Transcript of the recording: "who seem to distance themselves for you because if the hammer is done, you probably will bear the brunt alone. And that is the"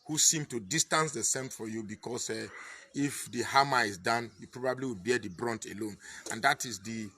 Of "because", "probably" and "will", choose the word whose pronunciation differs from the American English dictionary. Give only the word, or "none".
because